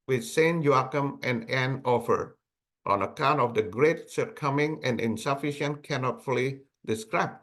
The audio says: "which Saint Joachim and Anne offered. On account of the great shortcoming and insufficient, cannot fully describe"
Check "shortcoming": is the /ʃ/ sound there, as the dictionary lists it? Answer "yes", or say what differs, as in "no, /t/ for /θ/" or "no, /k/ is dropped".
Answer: no, /s/ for /ʃ/